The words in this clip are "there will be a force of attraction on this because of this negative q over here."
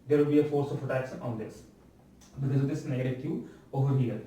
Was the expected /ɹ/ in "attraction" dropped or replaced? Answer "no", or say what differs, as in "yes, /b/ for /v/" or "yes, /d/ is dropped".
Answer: yes, /ɹ/ is dropped